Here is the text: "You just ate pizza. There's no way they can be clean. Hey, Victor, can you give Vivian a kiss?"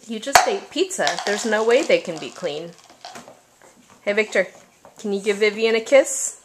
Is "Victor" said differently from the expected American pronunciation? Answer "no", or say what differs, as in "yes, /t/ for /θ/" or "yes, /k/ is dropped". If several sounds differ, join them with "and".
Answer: no